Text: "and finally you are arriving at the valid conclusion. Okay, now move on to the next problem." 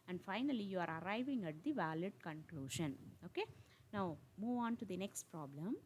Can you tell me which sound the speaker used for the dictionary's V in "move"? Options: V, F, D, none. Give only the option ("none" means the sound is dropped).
V